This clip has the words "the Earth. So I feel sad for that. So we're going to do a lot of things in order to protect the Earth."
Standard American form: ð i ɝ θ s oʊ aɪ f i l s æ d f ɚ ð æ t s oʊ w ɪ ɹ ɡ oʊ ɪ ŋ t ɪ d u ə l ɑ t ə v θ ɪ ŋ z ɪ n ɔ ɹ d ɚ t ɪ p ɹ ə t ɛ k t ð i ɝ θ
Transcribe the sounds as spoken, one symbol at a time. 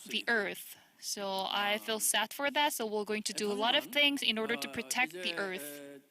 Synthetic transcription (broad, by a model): ð i ɝ θ s oʊ aɪ f i l s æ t f ɚ ð æ t s oʊ w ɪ l ɡ oʊ ɪ ŋ t ɪ d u ə l ɑ t ə v θ ɪ ŋ z ɪ n ɔ ɹ d ɚ t ɪ p ɹ ə t ɛ k t ð i ɝ θ